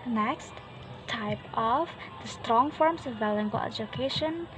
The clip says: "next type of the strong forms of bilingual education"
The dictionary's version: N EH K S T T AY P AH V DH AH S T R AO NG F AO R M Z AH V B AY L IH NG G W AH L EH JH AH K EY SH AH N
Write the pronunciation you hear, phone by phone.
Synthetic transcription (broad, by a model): N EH K S T T AY P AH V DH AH S T R AO NG F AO R M S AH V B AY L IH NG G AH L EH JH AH K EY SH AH N